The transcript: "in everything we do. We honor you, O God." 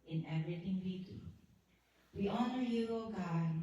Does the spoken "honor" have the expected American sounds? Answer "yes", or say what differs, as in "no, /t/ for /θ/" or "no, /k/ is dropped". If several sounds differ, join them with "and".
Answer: yes